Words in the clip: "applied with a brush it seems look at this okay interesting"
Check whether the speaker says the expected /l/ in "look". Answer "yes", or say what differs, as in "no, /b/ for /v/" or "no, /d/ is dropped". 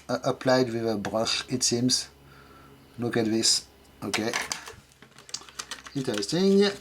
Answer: no, /n/ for /l/